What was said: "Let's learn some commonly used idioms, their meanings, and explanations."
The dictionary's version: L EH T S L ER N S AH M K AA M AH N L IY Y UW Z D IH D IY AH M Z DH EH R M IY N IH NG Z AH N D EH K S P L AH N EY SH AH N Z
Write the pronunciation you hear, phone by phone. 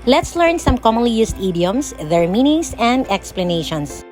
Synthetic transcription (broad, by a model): L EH T S L ER N S AH M K AA M AH N L IY Y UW S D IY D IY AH M S DH EH R M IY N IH NG S AH N D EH K S P L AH N EY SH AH N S